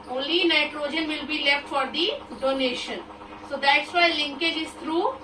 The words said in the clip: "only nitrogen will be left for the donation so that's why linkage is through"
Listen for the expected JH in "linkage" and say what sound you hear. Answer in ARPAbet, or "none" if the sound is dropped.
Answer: JH